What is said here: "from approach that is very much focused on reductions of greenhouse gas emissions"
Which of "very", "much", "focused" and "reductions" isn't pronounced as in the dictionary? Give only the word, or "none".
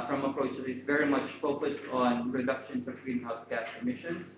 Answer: reductions